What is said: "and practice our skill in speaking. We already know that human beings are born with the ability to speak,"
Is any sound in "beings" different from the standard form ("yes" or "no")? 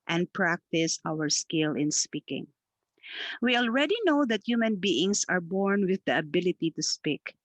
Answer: yes